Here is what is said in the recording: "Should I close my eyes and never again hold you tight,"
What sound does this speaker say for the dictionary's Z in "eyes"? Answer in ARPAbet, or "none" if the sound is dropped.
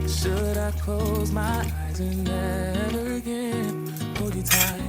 Z